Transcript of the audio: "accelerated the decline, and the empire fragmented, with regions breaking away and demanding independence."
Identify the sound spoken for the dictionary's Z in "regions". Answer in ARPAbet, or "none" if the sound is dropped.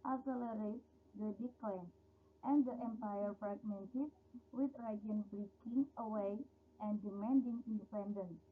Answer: none